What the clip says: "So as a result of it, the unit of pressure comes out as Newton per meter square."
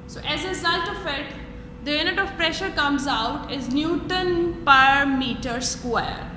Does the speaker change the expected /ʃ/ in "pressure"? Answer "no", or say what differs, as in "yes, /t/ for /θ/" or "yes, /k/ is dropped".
no